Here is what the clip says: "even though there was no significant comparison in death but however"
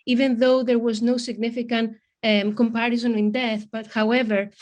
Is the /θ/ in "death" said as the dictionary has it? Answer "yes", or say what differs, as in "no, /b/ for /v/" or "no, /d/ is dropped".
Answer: yes